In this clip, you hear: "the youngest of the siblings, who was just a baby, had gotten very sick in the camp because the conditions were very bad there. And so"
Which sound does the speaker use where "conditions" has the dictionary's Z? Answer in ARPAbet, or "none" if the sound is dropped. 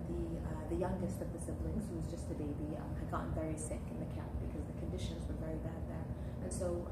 Z